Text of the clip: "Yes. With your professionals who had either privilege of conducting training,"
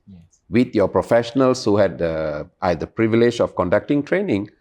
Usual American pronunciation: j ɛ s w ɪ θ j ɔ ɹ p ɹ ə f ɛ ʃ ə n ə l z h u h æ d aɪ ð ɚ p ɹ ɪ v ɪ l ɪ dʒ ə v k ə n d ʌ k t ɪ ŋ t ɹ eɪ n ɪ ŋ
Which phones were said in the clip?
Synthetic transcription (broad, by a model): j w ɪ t j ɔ p ɹ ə f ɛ ʃ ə n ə l s h u h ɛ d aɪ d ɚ p ɹ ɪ v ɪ l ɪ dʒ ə f k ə n d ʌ k t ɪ ŋ t ɹ eɪ n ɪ ŋ